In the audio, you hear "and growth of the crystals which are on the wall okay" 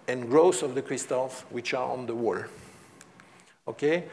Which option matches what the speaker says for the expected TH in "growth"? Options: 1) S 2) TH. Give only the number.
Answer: 1